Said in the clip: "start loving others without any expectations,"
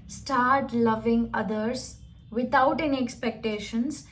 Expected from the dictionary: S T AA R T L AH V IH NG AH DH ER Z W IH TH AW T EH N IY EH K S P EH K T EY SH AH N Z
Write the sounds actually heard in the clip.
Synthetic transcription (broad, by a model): S T AA R T L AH V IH NG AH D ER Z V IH T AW T EH N IY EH K S P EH K T EY SH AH N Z